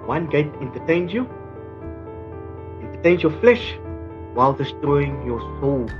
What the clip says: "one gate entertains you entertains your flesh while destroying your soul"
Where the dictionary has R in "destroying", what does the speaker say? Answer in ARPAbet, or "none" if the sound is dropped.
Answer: none